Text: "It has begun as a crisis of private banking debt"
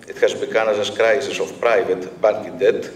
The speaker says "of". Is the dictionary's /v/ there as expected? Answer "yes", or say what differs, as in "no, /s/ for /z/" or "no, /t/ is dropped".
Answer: no, /f/ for /v/